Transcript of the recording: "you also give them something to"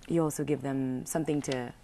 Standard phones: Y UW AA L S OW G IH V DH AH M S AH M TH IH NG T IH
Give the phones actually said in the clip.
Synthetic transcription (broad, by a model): Y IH AA L S OW G IH V DH AH M S AH M TH IH NG T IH